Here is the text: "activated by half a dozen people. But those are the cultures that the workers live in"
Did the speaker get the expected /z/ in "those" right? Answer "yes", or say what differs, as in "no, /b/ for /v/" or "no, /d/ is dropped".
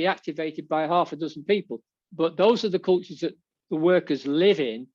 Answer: yes